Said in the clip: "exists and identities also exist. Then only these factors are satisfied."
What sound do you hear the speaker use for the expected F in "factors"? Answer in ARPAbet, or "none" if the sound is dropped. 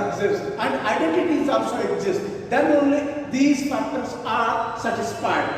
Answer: P